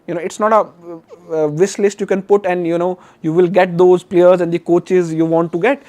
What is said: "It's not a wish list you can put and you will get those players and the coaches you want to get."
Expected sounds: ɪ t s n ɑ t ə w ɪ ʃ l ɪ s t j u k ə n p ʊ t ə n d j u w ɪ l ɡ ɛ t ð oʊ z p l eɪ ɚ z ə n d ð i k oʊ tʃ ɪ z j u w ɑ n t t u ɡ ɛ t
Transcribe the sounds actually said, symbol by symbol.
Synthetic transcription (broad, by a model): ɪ t s n ɑ t ə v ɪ s l ɪ s t j u k ə n p ʊ t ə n d j u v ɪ l ɡ ɛ t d oʊ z p l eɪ ɚ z ə n d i k oʊ tʃ ɪ z j u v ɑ n t t u ɡ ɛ t